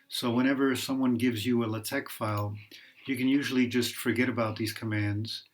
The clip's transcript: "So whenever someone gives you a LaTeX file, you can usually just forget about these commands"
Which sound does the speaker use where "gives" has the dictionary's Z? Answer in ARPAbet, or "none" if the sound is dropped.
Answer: Z